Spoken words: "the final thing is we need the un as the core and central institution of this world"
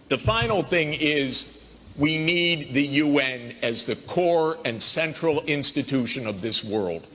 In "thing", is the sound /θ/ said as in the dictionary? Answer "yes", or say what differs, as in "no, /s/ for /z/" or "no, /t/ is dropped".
yes